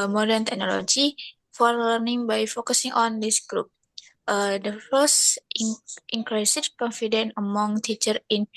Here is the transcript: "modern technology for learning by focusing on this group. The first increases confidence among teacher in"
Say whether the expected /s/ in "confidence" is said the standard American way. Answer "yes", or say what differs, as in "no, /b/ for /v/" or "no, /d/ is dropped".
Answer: no, /s/ is dropped